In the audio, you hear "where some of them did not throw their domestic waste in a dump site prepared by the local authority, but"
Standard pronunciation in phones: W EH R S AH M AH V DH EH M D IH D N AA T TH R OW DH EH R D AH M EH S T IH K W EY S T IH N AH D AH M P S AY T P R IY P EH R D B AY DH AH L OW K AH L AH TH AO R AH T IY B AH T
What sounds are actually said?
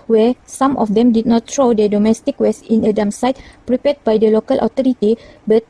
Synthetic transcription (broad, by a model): W EH S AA M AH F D EH M D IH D N AA T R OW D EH D AH M EH S T IH K W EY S IH N AH D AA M S AY T P R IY P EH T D B AY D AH L OW K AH L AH T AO R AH T IY B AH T